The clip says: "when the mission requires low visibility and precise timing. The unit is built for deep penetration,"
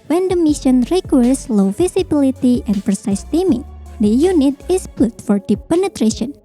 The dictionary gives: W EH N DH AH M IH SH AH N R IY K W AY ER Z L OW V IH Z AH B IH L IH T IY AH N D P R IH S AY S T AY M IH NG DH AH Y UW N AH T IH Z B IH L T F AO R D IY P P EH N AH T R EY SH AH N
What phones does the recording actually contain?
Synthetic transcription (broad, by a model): W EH N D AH M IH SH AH N R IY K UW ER S L OW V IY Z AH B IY L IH T IY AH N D P R IH S AY S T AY M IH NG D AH Y UW N AH T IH S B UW T F AO R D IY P P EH N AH T R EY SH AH N